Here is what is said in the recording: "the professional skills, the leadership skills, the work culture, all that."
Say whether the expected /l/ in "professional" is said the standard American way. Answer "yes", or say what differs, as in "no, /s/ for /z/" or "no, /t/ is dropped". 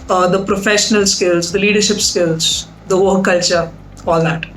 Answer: yes